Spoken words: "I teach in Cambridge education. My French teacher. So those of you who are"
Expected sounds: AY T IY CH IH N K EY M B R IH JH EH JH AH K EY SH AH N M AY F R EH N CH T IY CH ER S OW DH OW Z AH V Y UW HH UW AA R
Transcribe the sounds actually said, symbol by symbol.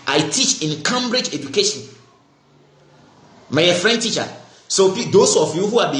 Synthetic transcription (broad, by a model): AY T IY CH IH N K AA M B R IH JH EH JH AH K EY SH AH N M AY F R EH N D T IY CH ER S OW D OW S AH F Y UW HH UW AA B